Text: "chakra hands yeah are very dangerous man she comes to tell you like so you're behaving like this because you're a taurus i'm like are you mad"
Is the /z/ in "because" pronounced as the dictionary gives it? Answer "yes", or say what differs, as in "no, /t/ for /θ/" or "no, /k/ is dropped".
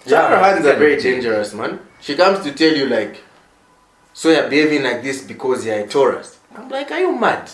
yes